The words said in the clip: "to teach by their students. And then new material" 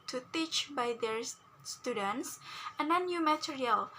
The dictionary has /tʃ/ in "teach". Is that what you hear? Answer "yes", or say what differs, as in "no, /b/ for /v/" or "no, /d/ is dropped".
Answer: yes